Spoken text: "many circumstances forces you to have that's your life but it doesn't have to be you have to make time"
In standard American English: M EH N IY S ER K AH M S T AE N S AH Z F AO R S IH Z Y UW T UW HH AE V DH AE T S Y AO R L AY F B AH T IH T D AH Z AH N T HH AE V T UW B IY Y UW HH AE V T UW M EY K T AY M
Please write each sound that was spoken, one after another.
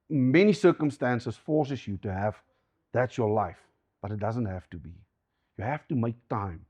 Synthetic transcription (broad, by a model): M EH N IY S ER K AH M S T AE N S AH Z F AO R S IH S Y UW T UW HH AE V DH AE T S Y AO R L AY F B AH T IH T D AH Z AH N T HH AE F T UW B IY Y UW HH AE F T UW M EY K T AY M